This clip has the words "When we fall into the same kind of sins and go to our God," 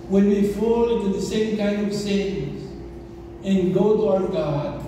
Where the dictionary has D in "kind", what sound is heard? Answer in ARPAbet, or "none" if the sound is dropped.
D